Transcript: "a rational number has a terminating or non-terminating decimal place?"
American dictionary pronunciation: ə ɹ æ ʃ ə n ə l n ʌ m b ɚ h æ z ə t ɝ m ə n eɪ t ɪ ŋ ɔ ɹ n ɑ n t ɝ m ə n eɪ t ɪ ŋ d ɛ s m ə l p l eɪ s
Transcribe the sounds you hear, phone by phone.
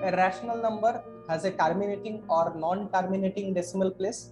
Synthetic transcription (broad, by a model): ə ɹ æ ʃ ə n ə l n ʌ m b ɚ h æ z ə t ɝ m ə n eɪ t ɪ ŋ ɔ ɹ n ɑ n t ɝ m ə n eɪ t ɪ ŋ d ɛ s m ə l p l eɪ s